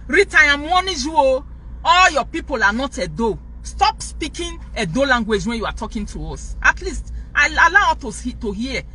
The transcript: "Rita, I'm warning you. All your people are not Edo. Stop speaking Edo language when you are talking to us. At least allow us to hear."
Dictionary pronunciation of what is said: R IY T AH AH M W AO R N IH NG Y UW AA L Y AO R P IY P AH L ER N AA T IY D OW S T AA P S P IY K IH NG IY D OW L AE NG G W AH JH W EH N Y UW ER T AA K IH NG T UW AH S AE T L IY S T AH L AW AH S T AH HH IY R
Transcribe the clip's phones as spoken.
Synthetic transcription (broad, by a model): R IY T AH AH M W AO N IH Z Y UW AA L Y AO P IY P AH L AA N AA T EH D OW S T AA P S P IY K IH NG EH D OW L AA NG G W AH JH W EH N Y UW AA T AA K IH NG T UW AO S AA T L IY S T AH L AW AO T T AH HH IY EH